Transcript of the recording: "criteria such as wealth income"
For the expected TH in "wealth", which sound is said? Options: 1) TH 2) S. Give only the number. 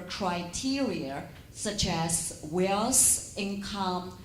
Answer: 2